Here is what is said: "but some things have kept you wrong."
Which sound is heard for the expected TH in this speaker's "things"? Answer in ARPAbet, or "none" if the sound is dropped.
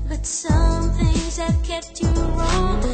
TH